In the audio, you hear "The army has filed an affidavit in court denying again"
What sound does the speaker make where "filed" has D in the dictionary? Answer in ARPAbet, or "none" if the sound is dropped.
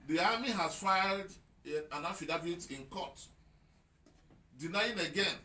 D